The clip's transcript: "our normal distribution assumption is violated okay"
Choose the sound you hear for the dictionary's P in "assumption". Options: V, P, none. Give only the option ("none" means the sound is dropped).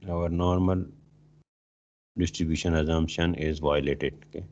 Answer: none